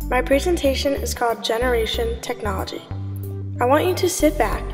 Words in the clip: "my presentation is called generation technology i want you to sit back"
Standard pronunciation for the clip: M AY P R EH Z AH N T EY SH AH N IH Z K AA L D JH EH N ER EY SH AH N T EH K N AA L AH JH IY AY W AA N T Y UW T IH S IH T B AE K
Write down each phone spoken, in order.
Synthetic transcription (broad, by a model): M AY P R EH Z AH N T EY SH AH N IH Z K AA L D JH EH N ER EY SH AH N T EH K N AA L AH JH IY AY W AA N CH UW T IH S IH T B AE K